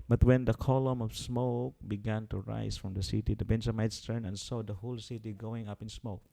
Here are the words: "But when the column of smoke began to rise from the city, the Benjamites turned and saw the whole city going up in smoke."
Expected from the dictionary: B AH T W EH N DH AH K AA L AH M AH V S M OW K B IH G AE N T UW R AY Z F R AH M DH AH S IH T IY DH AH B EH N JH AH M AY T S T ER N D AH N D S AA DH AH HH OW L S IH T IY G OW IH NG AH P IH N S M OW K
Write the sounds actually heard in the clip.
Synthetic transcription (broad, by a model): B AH T W EH N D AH K AA L AH M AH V S M OW K B IH G AE N T UW R AY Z F R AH M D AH S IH T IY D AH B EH N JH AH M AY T S T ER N AH N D S AA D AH HH OW L S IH T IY G OW IH NG AH P IH N S M OW K